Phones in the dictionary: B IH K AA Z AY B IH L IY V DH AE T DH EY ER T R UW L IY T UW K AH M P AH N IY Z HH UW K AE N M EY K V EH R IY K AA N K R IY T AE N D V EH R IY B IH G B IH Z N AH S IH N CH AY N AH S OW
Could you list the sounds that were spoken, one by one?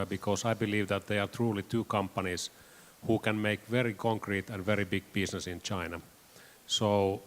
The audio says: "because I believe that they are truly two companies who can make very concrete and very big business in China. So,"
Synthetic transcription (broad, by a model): B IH K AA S AY B IH L IY V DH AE T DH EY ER T R UW L IY T UW K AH M P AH N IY S HH UW K AE N M EY K V EH R IY K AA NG K R IY T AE N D V EH R IY B IH G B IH S N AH S IH N CH AY N AH S OW